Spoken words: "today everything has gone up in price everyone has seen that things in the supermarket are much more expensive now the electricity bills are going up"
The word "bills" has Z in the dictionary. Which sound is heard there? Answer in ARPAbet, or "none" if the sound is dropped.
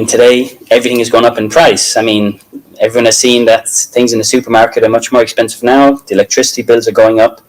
Z